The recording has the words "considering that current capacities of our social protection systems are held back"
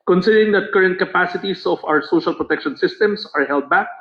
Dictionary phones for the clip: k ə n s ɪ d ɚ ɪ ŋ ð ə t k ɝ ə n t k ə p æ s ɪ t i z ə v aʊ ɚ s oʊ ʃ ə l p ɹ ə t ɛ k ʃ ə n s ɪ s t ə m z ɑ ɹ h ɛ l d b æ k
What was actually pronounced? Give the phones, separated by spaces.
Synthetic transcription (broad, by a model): k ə n s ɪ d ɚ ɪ ŋ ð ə t k ɝ ə n t k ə p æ s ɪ t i s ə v aʊ ɚ s oʊ ʃ ə l p ɹ ə t ɛ k ʃ ə n s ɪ s t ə m s ɑ ɹ h ɛ l d b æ k